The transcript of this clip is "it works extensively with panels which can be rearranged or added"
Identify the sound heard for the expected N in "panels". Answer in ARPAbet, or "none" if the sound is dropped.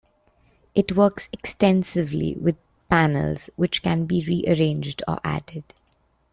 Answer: N